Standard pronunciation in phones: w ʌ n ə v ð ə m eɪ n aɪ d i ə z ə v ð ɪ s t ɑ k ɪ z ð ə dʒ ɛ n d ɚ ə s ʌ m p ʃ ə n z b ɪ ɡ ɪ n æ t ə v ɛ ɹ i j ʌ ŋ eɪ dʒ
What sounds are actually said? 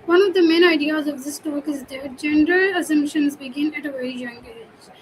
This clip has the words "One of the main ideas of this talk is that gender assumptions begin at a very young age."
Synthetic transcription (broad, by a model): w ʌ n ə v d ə m eɪ n aɪ d i ə z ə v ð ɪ s t ɑ k ɪ z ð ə dʒ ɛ n d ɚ ə s ʌ m p ʃ ə n z b ɪ ɡ ɪ n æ t ə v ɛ i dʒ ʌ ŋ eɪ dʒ